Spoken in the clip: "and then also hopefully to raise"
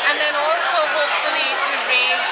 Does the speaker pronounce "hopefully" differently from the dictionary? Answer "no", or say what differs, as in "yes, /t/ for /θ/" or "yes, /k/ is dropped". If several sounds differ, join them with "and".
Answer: yes, /p/ is dropped